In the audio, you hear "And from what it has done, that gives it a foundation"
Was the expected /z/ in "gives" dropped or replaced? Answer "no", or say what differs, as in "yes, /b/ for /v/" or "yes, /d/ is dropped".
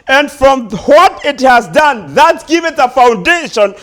yes, /z/ is dropped